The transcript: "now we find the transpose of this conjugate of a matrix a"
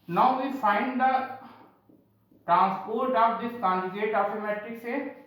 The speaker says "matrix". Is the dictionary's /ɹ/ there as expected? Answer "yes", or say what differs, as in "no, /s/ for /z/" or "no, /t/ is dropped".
no, /ɹ/ is dropped